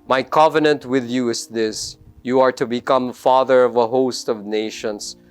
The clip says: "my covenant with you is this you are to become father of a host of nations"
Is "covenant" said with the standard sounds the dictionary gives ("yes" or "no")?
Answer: yes